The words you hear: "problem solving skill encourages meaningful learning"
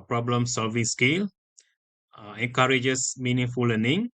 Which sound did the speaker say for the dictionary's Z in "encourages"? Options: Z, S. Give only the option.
S